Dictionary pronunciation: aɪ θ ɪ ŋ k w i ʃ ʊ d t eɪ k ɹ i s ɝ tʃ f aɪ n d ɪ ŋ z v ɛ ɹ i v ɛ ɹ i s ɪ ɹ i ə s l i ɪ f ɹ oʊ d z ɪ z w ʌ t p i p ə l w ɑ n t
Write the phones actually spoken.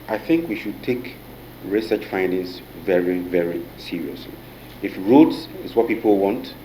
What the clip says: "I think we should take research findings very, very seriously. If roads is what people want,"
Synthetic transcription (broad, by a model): aɪ θ ɪ ŋ k w i ʃ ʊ d t eɪ k ɹ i s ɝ tʃ f aɪ n d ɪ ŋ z v ɛ ɹ i v ɛ ɹ i s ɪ ɹ i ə s l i ɪ f ɹ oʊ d s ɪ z w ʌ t p i p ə l w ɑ n t